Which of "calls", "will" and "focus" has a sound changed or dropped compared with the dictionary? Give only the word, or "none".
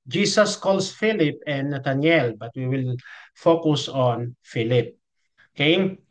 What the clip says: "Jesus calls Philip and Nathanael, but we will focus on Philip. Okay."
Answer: calls